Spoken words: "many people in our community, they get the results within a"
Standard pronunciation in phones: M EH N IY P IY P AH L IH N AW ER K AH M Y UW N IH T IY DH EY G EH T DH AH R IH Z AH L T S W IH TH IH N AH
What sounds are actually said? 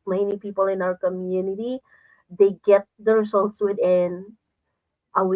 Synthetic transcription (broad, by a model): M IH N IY P IY P AH L IH N AW ER K AH M Y UW N IH T IY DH EY G EH T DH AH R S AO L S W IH T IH N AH